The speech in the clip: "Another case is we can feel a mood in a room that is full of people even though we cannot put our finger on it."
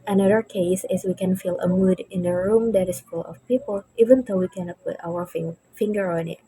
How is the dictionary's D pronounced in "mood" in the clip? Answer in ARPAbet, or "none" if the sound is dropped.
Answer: D